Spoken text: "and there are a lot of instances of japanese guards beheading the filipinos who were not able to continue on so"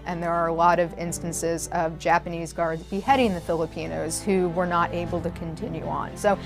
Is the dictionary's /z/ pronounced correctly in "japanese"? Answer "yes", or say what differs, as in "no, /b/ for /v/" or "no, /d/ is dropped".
yes